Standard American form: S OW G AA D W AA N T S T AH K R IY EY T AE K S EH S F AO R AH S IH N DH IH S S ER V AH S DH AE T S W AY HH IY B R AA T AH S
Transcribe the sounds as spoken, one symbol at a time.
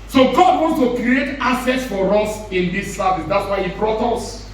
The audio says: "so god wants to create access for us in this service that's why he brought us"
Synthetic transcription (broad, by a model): S OW G AA D W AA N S T AH K R IY EY T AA S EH S F AO R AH S IH N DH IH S S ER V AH S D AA T S W AY HH IY B R AA T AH S